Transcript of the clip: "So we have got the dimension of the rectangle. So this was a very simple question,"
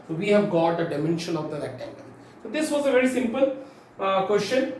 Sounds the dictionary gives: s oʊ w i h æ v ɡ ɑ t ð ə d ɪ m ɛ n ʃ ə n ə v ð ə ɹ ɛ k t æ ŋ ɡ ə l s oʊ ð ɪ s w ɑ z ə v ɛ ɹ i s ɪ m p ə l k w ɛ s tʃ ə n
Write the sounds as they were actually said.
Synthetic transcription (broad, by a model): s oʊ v i h æ v ɡ ɑ t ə d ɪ m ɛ n ʃ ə n ə v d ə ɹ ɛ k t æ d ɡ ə n s oʊ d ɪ s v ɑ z ə v ɛ ɹ i s ɪ m p ə l k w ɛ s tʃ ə n